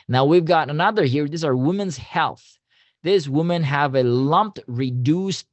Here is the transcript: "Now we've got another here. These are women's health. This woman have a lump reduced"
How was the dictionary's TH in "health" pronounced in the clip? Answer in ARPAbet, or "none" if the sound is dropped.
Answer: TH